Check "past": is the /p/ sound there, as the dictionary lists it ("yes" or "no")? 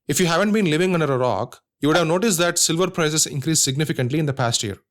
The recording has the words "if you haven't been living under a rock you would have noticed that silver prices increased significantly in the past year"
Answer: yes